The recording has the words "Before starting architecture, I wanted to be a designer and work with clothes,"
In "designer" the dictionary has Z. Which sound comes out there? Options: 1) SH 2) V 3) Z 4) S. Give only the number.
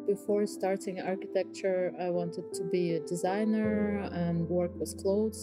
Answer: 3